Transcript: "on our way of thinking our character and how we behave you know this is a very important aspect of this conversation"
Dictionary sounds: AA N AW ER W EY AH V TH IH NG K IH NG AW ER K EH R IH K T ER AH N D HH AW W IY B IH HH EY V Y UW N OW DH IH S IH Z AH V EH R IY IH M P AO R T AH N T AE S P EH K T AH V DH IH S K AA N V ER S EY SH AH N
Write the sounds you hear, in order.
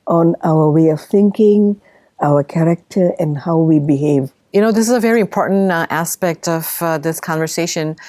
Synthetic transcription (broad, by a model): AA N AW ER W EY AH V TH IH NG K IH NG AW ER K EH R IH K T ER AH N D HH AW W IY B IH HH EY V Y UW N OW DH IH S IH Z AH V EH R IY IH M P AO R T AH N T AE S P EH K T AH V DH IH S K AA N V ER S EY SH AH N